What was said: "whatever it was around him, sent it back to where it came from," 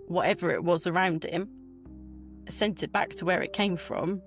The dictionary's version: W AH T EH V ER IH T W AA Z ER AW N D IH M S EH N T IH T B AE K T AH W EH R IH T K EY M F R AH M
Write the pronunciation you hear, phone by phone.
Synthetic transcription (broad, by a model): W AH T EH V ER IH T W AA Z ER AW N D IH M S EH N T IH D B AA K T AH W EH R IH T K EY M F R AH M